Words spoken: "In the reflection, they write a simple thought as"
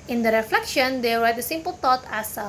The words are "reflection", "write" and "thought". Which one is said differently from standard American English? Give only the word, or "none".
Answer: thought